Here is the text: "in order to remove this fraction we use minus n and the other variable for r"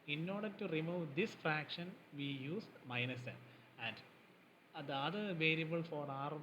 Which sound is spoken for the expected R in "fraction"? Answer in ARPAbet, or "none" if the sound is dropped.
R